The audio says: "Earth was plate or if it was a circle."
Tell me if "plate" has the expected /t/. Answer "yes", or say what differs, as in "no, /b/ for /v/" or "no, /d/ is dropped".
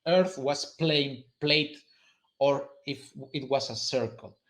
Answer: yes